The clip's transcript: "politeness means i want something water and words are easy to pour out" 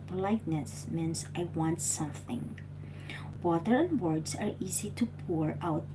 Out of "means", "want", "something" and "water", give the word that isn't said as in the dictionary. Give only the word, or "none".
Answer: means